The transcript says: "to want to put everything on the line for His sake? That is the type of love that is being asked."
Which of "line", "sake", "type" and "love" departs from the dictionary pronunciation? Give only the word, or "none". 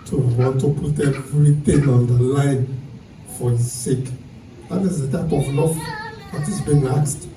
love